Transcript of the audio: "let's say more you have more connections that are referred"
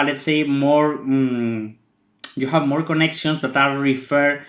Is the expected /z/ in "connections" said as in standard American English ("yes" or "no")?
no